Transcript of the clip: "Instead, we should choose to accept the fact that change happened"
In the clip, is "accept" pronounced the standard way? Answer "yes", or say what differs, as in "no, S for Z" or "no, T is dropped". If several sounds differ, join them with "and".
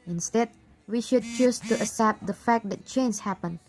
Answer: no, K is dropped